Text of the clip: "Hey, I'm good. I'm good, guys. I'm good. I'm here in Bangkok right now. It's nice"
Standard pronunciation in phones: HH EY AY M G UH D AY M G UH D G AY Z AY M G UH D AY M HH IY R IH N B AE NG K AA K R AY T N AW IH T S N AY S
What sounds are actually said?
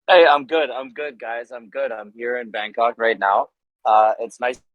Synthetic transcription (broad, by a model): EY AY M G UH D AY M G UH D G AY Z AY M G UH D AY M HH IY R IH N B AE NG K AA K R AY T N AW IH T S N AY S